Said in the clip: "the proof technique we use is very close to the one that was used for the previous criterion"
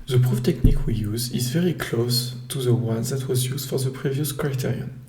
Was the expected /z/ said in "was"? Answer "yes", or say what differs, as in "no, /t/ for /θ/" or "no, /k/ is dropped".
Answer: yes